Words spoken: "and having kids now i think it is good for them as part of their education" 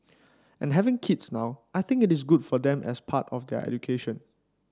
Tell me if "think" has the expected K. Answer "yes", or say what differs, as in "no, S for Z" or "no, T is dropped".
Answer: yes